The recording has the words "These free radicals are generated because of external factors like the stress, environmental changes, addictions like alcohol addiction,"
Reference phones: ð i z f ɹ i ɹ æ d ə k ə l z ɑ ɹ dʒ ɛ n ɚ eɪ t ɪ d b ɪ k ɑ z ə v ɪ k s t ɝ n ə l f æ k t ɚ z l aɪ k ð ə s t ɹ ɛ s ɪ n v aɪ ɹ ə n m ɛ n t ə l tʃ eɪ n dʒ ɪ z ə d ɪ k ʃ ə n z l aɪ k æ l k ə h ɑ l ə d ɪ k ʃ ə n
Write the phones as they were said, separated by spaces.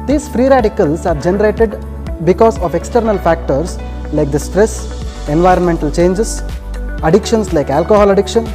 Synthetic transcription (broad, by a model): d i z f ɹ i ɹ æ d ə k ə l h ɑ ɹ dʒ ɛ n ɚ eɪ t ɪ d b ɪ k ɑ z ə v ɪ k s t ɝ n ə l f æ k t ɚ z l aɪ k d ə s t ɹ ɛ s ɪ n v aɪ ɹ ə n m ɛ n t ə l tʃ eɪ n dʒ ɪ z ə d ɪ k ʃ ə n s l aɪ k æ l k ə h ɑ l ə d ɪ k ʃ ə n